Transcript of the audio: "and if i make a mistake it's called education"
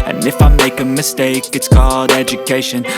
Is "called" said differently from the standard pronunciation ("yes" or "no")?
yes